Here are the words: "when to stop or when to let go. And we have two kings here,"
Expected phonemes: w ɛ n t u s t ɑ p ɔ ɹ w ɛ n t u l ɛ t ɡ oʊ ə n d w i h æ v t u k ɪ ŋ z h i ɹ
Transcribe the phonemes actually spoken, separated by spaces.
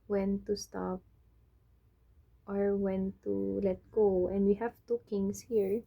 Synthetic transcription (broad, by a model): w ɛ n t u s t ɑ p ɔ ɹ w ɛ n t u l ɛ t ɡ oʊ ə n d w i h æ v t u k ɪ ŋ s h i ɹ